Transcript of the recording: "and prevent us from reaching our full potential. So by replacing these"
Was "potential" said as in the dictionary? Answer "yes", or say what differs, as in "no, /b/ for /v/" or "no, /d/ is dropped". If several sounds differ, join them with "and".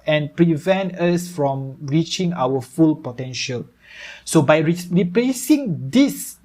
yes